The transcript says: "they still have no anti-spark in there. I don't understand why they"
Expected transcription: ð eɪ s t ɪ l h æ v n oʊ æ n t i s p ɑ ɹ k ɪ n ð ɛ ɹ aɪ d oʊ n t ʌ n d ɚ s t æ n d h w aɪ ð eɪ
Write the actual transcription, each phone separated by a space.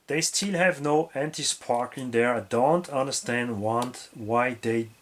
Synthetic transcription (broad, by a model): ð eɪ s t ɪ l h æ v n oʊ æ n t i s p ɑ ɹ k ɪ n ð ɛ ɹ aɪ d oʊ n t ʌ n d ɚ s t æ n d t w aɪ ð eɪ